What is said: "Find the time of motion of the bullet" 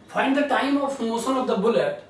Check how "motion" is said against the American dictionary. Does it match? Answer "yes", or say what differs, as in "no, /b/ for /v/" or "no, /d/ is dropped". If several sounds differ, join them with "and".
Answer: no, /s/ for /ʃ/